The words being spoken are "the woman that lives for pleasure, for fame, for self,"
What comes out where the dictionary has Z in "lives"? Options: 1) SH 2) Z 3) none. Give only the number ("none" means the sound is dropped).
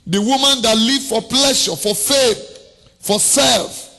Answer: 3